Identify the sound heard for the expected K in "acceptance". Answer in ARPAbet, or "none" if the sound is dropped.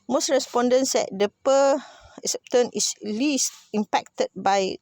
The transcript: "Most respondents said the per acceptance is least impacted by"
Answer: none